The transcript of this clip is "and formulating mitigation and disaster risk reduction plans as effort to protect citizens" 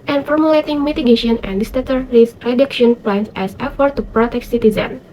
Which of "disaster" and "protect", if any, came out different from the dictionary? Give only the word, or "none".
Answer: disaster